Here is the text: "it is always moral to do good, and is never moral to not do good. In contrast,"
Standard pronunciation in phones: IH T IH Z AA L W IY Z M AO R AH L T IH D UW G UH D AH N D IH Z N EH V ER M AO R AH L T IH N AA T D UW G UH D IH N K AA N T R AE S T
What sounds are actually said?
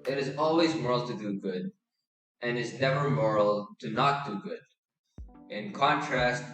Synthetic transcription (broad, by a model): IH T IH Z AA L W IY Z M AO R L T IH D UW G UH D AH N IH Z N EH V ER M AO R L T IH N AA T D UW G UH D IH N K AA N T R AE S T